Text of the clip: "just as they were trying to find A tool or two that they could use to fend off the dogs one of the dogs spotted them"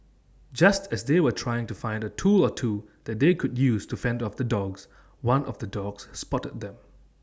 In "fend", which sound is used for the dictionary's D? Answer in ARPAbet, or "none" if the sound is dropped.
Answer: D